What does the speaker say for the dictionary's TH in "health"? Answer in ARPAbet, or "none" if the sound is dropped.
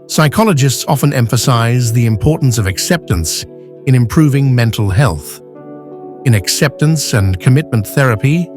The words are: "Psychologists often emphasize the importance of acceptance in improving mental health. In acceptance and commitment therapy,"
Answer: TH